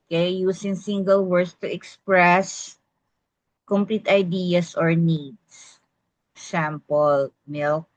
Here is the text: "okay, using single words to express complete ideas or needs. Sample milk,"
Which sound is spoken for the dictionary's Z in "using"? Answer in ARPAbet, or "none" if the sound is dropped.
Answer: S